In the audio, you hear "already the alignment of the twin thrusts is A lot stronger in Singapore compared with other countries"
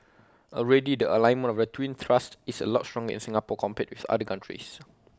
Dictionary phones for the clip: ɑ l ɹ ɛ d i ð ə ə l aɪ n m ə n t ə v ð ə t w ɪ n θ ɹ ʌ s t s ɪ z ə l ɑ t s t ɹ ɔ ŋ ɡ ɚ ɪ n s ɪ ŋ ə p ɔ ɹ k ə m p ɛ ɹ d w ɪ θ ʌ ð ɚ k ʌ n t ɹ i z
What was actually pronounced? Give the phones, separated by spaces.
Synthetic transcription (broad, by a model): ɑ l ɹ ɛ d i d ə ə l aɪ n m ə n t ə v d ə t w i n t ɹ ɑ s t ɪ s ə l ɑ t s t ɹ ɔ ŋ ɡ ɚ ɪ n s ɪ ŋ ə p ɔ k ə m p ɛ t w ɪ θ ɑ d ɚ k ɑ n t ɹ i s